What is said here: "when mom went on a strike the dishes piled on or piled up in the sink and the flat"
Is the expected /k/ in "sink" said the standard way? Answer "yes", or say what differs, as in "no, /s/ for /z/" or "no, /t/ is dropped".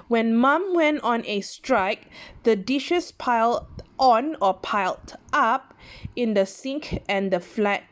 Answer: yes